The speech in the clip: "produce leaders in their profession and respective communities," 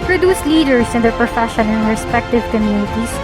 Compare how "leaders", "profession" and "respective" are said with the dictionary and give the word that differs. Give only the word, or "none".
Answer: leaders